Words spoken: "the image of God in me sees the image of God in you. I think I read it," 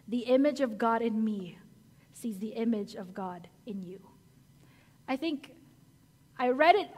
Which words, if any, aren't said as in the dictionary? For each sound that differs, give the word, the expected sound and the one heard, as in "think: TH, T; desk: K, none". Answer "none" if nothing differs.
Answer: none